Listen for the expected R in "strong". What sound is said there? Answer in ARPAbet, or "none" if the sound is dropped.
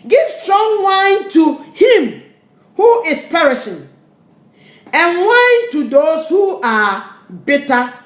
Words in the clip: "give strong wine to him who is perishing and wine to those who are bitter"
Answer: R